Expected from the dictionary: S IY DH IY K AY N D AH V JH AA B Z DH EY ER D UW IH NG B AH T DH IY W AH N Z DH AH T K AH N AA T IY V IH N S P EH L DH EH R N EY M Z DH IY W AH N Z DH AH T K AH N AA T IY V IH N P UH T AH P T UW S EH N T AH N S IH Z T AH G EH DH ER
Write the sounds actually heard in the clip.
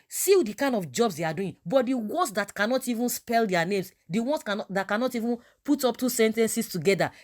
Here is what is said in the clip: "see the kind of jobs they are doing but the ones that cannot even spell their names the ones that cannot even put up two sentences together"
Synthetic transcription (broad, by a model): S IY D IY K AY N D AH F JH AA B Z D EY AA D UW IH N B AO T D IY W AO N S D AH T K AH N AA T IY V IH N S P EH L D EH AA N EY M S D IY W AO N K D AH T K AH N AA T IY V IH N P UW T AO P T UW S EH N T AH N S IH S T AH G EH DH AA